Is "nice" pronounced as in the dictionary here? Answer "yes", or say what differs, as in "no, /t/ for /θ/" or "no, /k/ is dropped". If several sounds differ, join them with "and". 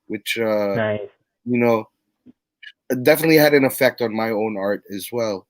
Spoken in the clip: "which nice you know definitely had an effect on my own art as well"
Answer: no, /s/ is dropped